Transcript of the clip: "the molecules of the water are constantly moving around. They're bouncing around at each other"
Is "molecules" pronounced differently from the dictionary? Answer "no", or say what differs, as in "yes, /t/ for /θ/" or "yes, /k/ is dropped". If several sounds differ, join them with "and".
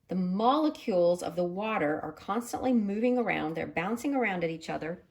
no